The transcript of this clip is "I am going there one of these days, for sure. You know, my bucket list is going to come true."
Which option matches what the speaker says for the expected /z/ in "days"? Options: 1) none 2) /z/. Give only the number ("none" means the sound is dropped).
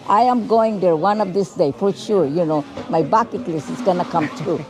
1